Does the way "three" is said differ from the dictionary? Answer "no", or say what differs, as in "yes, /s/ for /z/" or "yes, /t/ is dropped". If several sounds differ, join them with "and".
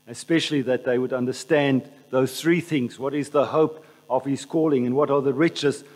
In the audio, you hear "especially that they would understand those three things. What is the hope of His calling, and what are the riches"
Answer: no